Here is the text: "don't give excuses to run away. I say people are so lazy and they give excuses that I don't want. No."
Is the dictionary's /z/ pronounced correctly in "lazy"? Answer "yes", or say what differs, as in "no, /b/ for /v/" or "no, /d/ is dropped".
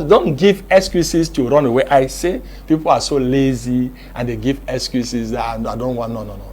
yes